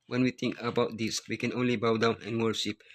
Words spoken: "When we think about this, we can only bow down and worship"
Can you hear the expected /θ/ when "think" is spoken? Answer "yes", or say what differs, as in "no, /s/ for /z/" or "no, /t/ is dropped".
no, /t/ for /θ/